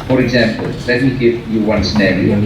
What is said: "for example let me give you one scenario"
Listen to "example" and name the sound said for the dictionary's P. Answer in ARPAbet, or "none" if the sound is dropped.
P